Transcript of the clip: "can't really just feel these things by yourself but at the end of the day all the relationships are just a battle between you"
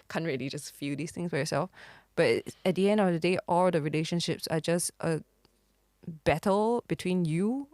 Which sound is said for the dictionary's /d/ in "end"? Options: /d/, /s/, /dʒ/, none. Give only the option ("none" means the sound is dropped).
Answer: /d/